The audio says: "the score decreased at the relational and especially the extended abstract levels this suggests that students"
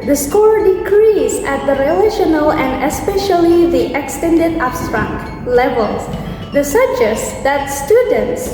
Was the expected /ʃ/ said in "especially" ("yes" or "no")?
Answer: yes